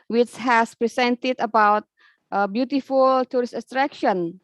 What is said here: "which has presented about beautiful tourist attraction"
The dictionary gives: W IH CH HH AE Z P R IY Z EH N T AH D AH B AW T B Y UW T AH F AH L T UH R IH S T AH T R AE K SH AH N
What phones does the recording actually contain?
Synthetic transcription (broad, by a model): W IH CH HH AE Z P R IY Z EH N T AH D AH B AW T B Y UW T AH F AH L T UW R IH S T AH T R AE K SH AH N